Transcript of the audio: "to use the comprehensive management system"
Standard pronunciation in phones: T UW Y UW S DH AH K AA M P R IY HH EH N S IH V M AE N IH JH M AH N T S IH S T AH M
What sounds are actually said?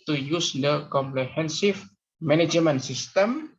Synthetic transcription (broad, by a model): T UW Y UW S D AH K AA M P L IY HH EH N S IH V M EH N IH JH M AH N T S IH S T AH M